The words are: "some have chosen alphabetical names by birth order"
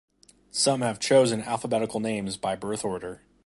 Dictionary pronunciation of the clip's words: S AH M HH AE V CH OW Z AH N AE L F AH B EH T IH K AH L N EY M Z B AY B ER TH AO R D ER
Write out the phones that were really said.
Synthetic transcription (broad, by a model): S AH M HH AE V CH OW Z AH N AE L F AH B EH T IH K L N EY M Z B AY B ER TH AO R D ER